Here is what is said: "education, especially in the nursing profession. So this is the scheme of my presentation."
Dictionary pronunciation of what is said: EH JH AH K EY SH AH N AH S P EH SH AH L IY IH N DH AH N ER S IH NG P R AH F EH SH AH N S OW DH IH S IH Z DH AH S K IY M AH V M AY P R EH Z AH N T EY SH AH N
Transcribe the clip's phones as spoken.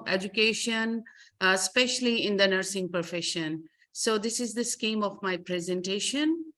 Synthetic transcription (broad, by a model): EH JH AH K EY SH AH N S P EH SH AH L IY IH N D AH N ER S IH NG P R F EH SH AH N S OW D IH S IH Z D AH S K IY M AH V M AY P R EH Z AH N T EY SH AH N